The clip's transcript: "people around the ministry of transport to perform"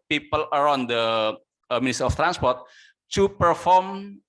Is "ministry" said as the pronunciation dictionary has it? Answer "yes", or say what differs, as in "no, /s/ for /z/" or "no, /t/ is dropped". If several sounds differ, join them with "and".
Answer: no, /ɹ/ is dropped